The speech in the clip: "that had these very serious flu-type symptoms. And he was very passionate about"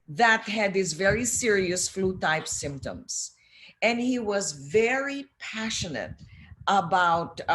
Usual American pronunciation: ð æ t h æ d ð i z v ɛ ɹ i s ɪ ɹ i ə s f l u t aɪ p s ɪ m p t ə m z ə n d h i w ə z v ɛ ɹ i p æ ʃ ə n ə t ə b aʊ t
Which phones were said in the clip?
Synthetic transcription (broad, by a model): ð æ t h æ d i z v ɛ ɹ i s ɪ ɹ i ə s f l u t aɪ p s ɪ m p t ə m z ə n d h i w ə z v ɛ ɹ i p æ ʃ ə n ə t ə b aʊ t